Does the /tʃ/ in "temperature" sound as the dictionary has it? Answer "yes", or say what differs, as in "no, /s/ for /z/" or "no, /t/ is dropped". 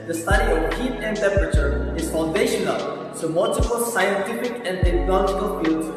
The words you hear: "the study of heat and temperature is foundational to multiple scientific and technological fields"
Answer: yes